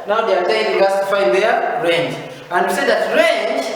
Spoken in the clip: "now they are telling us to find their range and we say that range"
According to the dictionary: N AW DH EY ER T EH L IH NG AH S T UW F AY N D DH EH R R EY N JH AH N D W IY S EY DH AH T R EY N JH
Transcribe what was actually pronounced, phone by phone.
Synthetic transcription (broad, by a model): N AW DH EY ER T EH N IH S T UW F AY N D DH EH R R EY N JH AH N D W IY S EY DH AH T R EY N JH